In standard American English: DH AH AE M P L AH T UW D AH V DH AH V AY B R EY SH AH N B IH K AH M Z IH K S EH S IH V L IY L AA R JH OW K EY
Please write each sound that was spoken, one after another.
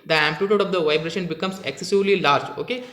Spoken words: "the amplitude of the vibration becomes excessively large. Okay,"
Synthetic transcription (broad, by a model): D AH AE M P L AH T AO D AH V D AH V AY B R EY SH AH N B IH K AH M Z IH K S EH S IH V L IY L AA R JH OW K EY